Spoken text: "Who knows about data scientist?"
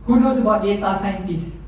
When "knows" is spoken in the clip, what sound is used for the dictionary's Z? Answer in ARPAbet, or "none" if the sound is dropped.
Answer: S